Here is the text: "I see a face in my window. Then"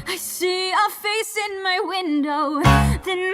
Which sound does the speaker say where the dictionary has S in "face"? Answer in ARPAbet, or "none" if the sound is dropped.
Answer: S